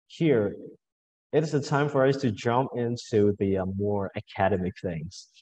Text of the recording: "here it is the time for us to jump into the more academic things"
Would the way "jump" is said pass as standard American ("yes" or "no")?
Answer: yes